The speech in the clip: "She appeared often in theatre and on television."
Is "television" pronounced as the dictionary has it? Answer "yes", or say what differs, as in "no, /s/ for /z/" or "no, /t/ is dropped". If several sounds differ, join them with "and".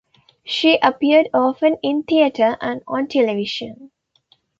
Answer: no, /ʃ/ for /ʒ/